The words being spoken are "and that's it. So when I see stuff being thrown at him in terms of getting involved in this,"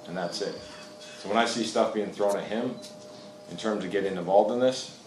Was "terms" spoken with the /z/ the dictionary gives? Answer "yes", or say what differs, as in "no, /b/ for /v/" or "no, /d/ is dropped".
yes